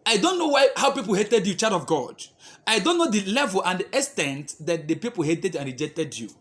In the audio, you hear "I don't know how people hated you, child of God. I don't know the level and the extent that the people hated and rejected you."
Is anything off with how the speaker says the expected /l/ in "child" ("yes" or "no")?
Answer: yes